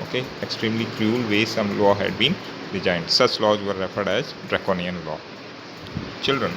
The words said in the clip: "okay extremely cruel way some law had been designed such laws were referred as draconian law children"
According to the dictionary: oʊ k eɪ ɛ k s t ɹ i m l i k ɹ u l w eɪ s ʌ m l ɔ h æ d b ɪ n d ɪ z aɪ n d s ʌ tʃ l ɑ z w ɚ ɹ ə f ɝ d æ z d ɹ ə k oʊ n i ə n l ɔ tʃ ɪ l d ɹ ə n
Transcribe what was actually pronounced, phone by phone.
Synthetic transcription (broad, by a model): oʊ k eɪ ɛ k s t ɹ i m l i k ɹ u l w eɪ s ʌ m l ɔ h æ d b ɪ n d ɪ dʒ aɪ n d s ʌ tʃ l ɑ z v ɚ ɹ ə f ɝ d æ z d ɹ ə k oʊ n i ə n l ɔ tʃ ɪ l d ɹ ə n